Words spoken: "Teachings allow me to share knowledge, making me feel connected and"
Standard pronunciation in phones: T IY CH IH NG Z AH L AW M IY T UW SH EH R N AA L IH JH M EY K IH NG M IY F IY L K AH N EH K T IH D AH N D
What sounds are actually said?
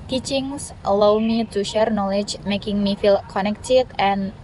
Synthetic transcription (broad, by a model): T IY CH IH NG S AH L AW M IY T UW SH EH R N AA L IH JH M EY K IH NG M IY F IY L K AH N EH K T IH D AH N